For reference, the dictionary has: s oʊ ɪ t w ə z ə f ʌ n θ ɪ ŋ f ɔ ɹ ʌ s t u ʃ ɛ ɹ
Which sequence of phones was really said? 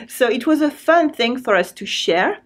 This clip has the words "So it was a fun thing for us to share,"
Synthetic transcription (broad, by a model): s oʊ ɪ t w ə z ə f ʌ n θ ɪ ŋ f ɔ ɹ ʌ s t u ʃ ɛ ɹ